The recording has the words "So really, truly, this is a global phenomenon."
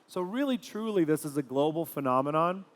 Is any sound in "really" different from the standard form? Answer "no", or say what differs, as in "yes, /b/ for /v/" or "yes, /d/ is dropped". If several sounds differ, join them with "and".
no